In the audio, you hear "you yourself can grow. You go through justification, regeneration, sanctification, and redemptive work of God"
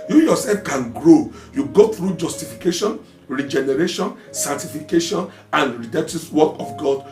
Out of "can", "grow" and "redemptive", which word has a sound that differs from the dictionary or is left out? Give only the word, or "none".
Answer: redemptive